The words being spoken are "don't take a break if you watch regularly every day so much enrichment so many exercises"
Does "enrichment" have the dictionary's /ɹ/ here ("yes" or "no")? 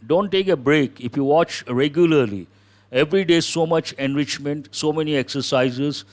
yes